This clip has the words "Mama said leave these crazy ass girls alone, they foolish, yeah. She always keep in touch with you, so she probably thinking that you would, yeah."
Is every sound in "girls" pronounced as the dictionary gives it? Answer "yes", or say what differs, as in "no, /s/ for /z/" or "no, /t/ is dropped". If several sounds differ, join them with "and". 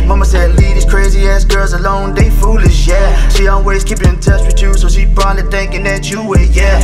yes